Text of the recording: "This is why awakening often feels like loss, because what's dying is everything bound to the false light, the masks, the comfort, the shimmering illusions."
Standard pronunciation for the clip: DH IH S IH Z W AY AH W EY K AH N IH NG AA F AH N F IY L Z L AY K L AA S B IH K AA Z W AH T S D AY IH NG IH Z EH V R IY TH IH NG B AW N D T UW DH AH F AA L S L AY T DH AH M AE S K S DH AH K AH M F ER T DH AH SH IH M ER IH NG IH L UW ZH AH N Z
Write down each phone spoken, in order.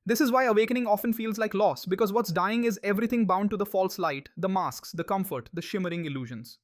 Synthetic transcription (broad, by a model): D IH S IH Z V AY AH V EY K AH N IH NG AA F AH N F IY L Z L AY K L AA S B IH K AA Z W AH T S D AY IH NG IH Z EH V R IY T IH NG B AW N D T UW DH AH F AA L S L AY T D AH M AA S K S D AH K AH M F ER T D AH SH IH M ER IH NG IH L UW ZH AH N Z